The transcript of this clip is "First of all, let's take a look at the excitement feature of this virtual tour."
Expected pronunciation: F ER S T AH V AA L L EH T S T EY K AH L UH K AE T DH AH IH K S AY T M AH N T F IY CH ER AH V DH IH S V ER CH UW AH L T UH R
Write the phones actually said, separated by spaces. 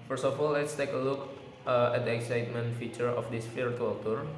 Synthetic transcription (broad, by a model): F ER S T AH F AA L L EH T S T EY K AH L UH K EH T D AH IH K S AY T M AH N T F IY CH ER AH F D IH S F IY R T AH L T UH R